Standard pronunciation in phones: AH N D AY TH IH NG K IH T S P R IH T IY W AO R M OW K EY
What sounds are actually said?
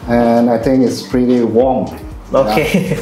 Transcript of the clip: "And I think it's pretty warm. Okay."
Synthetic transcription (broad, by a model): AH N AY TH IH NG K IH T S P R IH T IY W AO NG OW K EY